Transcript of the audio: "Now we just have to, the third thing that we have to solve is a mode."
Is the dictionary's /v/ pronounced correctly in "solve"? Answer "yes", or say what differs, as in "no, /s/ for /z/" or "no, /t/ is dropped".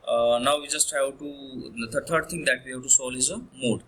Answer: no, /v/ is dropped